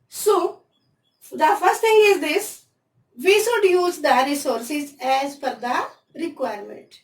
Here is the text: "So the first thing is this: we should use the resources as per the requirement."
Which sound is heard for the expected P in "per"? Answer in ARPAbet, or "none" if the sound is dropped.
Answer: F